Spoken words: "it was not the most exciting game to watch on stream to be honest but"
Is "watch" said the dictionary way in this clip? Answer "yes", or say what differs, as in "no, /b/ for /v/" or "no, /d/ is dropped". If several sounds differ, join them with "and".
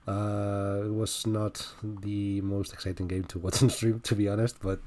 no, /s/ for /tʃ/